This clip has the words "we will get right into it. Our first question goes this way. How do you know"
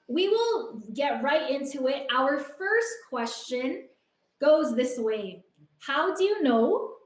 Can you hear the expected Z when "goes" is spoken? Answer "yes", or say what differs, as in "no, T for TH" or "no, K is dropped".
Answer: yes